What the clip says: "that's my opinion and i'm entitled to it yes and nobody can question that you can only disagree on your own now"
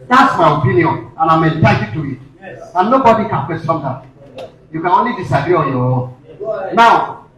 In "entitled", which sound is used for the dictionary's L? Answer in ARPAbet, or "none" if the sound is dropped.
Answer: none